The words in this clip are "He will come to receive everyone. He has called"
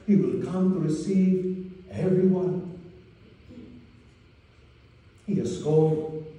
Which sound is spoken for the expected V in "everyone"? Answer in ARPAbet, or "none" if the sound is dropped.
V